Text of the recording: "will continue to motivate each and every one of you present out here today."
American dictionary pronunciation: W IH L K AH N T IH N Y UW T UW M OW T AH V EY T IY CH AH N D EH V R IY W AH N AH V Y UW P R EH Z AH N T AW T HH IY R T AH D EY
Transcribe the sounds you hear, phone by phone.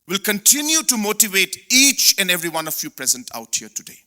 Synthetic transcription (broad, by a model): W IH L K AH N T IH N Y UW T UW M OW T AH V EY T IY CH AH N D EH V R IY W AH N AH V Y UW P R EH Z AH N T AW T HH IY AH T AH D EY